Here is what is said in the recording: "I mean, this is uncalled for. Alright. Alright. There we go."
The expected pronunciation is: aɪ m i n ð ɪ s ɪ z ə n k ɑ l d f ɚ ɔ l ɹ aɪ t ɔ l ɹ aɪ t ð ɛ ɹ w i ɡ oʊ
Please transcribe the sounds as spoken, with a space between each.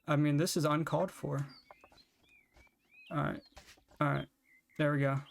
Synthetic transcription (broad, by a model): aɪ m i n ð ɪ s ɪ z ə n k ɑ l d f ɚ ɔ ɹ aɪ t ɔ ɹ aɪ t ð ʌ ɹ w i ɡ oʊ